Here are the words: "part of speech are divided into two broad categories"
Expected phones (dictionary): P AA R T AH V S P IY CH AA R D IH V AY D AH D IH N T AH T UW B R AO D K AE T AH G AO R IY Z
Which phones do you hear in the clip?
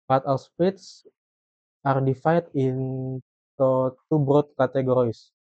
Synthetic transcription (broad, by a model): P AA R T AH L S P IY S AA R D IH F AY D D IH N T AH T UW B R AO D K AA T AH G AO R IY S